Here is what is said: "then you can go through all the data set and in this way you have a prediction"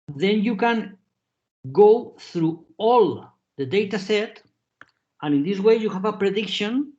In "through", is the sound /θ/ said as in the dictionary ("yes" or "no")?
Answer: yes